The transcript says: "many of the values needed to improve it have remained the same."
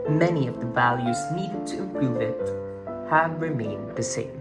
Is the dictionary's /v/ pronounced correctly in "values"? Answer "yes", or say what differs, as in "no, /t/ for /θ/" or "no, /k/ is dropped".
yes